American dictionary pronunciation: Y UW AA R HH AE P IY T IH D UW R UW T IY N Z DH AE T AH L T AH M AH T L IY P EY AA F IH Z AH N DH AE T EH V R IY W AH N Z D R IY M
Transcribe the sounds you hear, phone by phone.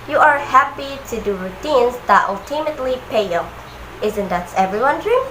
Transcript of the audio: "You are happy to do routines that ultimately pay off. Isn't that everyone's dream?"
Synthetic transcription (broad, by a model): Y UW AA R HH AE P IY T IH D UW R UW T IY N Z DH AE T AH L T AH M AH T L IY P EY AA IH Z AH N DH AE T EH V R IY W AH N D R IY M